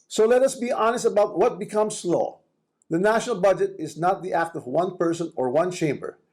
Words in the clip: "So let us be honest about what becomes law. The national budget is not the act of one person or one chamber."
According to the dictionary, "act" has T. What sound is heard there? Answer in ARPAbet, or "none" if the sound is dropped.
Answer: T